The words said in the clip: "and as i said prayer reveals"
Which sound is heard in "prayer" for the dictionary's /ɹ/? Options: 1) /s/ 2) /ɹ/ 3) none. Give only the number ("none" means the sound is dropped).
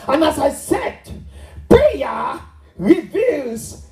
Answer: 3